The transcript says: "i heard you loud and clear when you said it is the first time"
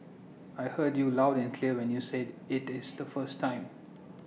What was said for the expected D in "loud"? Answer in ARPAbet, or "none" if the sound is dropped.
D